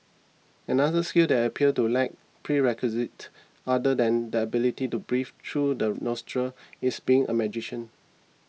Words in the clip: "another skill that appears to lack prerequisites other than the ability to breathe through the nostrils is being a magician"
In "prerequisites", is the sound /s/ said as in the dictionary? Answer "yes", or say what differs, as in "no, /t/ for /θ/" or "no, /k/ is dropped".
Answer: no, /s/ is dropped